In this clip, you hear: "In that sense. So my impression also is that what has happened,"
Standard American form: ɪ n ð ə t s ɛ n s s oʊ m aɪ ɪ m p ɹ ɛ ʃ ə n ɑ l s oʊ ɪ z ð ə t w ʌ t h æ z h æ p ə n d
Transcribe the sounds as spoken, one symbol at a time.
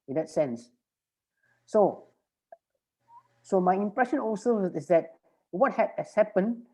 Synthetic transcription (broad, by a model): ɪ n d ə t s ɛ n s s oʊ m aɪ ɪ m p ɹ ɛ ʃ ə n ɑ l s oʊ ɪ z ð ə t w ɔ t h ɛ s h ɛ p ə n